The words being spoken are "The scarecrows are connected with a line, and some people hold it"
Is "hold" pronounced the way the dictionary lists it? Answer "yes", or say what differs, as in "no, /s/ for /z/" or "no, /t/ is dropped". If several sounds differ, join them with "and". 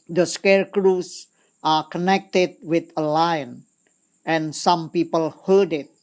no, /l/ is dropped